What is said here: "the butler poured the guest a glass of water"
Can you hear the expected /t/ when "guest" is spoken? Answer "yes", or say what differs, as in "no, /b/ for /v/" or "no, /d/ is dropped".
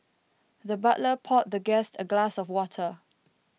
yes